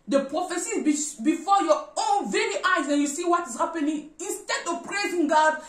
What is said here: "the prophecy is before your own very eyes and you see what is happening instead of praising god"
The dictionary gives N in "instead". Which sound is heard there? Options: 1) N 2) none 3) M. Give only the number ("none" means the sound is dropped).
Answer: 1